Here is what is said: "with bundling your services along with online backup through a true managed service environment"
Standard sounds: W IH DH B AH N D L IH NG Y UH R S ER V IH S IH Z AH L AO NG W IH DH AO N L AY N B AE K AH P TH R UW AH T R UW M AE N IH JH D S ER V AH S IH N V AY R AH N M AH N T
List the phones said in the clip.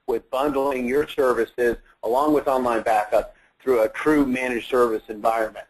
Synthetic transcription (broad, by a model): W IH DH B AH N D L IH NG Y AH R S ER V IH S IH Z AH L AO NG W IH DH AO N L AY N B AE K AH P TH R UW AH T R UW M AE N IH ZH S ER V AH S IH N V AY R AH N M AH N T